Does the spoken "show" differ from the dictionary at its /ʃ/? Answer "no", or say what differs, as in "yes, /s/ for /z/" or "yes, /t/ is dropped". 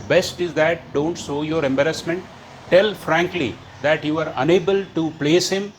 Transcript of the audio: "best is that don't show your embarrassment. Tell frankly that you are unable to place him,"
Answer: yes, /s/ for /ʃ/